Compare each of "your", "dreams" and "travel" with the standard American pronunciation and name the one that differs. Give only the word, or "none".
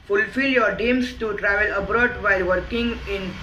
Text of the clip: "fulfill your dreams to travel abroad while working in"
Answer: dreams